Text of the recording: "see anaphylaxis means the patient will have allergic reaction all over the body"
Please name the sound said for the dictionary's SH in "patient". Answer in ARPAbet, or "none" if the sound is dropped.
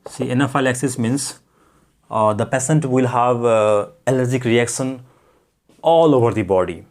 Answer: S